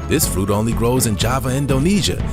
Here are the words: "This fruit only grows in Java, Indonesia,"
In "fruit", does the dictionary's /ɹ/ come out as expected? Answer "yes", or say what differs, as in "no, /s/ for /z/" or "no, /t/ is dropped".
yes